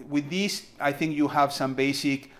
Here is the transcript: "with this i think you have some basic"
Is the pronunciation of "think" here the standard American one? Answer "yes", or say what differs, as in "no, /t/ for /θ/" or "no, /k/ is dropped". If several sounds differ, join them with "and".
yes